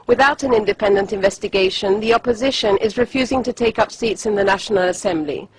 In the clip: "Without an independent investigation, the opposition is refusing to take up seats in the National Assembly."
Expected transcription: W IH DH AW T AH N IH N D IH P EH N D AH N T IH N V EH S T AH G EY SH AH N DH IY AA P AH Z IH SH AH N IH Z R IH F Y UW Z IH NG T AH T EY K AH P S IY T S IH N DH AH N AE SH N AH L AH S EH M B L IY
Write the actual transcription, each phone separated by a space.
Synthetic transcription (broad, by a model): W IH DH AW T AH N IH N D IH P EH N D AH N T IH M V EH S T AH G EY SH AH N DH IY AA P AH Z IH SH AH N IH Z R IH F Y UW Z IH NG T AH T EY K AH P S IY T S IH N DH AH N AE SH N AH L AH S EH M B L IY